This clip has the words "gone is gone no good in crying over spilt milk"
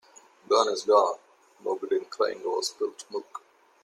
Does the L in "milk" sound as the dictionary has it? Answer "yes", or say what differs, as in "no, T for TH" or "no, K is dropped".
no, L is dropped